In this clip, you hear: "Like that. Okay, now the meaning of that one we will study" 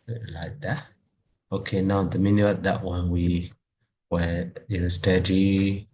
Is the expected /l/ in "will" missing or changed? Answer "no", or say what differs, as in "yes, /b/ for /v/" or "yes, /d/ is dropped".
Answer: yes, /n/ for /l/